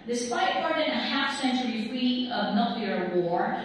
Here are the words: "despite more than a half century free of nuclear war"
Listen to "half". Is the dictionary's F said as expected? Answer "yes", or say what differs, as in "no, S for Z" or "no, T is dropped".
yes